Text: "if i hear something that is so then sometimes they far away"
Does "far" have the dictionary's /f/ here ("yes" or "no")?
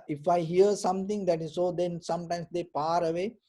no